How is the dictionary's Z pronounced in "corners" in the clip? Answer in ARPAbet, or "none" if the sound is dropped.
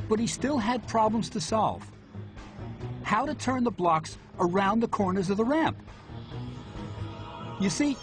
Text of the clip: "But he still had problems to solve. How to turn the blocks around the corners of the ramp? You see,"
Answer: Z